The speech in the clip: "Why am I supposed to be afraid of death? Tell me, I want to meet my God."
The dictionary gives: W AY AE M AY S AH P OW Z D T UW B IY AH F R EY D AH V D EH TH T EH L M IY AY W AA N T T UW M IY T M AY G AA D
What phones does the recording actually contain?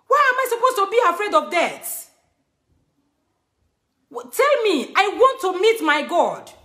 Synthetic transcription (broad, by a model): W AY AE M AY S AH P OW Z T UW B IY AH F R EY D AH V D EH T T EH L M IY AY W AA N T T UW M IY T M AY G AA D